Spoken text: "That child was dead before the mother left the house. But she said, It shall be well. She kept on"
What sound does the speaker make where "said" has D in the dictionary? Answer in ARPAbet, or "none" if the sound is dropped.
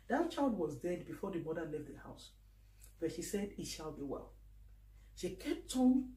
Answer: D